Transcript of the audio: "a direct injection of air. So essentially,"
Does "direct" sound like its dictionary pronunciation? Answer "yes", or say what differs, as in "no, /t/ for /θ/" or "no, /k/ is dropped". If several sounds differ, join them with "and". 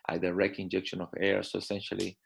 no, /t/ is dropped